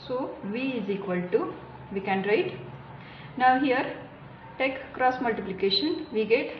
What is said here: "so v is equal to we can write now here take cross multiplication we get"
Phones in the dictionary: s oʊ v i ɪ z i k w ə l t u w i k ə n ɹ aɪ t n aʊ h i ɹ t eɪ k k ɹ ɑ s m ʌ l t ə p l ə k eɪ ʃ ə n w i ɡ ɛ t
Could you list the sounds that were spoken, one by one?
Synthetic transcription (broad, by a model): s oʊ v i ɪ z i k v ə l t u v i k ə n ɹ aɪ t n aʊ h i ɹ t eɪ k k ɹ ɑ s m ʌ l t ə p l ə k eɪ ʃ ə n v i ɡ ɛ t